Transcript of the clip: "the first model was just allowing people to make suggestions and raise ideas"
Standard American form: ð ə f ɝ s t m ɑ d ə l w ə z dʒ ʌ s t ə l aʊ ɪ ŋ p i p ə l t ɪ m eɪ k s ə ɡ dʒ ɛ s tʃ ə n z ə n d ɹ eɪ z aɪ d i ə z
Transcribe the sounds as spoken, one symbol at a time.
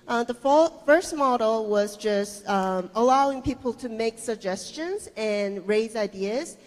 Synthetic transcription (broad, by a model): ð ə f ɝ s t m ɑ d l w ə z dʒ ʌ s t ə l aʊ ɪ ŋ p i p l t ɪ m eɪ k s ə ɡ dʒ ɛ s tʃ ə n z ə n ɹ eɪ z aɪ d i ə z